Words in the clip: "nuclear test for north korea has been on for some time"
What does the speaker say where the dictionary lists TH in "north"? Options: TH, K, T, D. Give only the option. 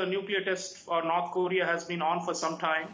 T